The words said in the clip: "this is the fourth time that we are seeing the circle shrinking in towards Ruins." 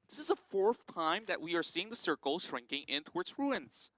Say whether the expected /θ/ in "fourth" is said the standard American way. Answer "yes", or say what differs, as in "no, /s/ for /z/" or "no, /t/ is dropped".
yes